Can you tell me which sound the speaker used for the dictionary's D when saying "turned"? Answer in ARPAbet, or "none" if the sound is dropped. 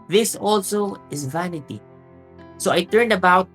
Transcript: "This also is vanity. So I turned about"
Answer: D